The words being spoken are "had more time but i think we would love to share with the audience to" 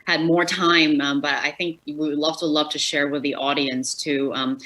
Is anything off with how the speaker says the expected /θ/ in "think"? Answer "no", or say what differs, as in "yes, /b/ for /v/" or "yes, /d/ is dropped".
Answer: no